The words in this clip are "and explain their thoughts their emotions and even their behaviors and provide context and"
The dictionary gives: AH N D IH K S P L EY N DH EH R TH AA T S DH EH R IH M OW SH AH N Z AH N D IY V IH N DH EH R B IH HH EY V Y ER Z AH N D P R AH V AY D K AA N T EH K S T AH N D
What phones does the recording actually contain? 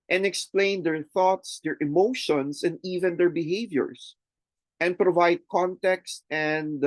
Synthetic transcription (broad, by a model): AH N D IH K S P L EY N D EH R TH AA T S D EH R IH M OW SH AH N S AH N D IY V IH N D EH R B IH HH EY V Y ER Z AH N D P R AH V AY D K AA N T EH K S T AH N D